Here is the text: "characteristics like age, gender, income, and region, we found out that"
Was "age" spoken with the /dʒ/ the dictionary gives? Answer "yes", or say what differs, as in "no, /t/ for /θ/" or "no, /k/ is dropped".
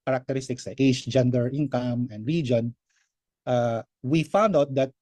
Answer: no, /ʃ/ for /dʒ/